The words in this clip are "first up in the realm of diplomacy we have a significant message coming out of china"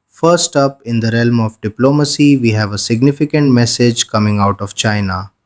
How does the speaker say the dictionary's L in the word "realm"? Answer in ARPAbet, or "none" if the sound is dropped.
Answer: L